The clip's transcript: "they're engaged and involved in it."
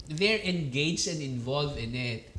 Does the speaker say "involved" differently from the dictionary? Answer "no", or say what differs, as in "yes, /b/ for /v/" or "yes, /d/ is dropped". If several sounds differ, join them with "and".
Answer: yes, /d/ is dropped